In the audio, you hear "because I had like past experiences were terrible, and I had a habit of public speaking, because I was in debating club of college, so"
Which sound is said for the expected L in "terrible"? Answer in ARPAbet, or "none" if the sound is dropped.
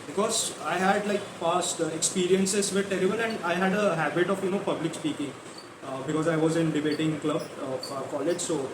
N